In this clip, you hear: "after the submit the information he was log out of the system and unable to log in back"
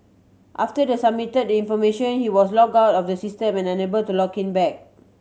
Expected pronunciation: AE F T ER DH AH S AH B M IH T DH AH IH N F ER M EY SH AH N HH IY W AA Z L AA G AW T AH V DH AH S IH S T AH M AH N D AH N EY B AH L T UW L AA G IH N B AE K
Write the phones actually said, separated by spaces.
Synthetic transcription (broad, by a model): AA F T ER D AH S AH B M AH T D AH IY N F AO M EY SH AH N HH IY W AA S L AA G AW T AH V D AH S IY S T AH M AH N AH N EY B AH L T UW L AA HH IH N B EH K